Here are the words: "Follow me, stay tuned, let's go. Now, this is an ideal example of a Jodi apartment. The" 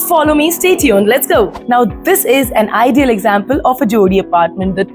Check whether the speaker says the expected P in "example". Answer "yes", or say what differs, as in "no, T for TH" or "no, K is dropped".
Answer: yes